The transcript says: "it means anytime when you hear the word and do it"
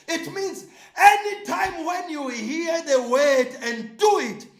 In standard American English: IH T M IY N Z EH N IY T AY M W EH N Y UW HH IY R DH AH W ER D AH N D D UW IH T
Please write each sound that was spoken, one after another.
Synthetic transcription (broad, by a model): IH T M IY N Z EH N IY T AY M W EH N Y UW HH IY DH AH W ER D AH N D D UW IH T